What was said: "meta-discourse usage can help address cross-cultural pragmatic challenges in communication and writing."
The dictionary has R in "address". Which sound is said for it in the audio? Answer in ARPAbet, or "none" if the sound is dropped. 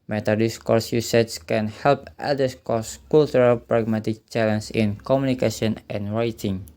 none